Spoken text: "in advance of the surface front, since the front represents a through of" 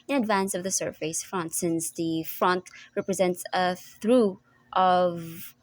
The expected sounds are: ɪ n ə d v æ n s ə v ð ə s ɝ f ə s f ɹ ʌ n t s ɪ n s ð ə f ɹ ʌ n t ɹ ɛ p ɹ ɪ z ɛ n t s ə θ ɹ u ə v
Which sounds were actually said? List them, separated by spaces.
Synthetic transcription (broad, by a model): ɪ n ə d v æ n s ə v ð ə s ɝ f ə s f ɹ ʌ n t s ɪ n s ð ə f ɹ ʌ n t ɹ ɛ p ɹ ɪ z ɛ n t s ə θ ɹ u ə v